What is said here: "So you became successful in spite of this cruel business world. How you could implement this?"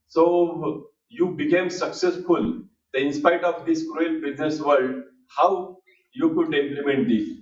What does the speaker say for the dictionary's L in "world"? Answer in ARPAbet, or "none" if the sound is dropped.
none